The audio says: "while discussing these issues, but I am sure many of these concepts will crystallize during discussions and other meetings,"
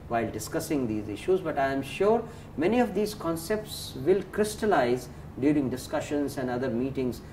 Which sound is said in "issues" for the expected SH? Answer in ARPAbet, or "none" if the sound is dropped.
SH